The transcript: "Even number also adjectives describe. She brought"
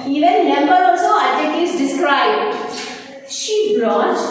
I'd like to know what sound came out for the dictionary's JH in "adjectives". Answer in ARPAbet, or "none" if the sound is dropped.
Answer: none